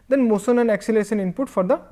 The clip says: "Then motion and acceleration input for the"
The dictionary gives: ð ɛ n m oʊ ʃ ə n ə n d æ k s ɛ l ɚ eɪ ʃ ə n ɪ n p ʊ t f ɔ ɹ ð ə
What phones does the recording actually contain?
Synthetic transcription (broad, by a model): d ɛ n m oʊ s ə n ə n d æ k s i l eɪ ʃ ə n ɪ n p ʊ t f ɔ ɹ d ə